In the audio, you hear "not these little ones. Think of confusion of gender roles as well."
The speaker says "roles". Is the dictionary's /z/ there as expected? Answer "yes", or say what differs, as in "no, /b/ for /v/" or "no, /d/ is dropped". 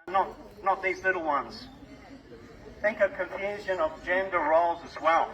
yes